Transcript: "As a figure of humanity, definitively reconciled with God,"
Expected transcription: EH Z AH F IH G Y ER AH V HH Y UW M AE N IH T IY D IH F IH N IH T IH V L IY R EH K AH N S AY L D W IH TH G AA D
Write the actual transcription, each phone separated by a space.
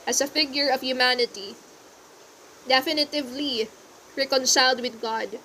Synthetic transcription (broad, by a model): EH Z AH F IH G Y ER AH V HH Y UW M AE N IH T IY D IH F IH N IH T IH V L IY R EH K AH N S AY L D W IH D G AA D